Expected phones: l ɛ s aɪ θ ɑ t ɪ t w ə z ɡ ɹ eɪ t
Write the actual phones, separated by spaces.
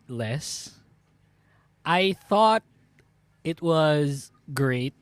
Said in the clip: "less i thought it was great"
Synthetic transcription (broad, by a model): l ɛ s aɪ θ ɑ t ɪ t w ə z ɡ ɹ eɪ t